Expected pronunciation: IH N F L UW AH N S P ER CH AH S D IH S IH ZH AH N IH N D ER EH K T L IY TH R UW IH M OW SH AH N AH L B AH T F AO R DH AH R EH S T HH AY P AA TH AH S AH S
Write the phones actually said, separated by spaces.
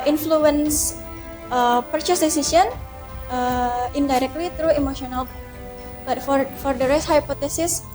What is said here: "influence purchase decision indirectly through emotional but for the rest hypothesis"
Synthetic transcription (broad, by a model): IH N F L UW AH N S P ER CH AH S D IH S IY S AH N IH N D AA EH K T L IY T R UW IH M OW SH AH N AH L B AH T F AO R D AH R EH S T HH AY P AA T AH S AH S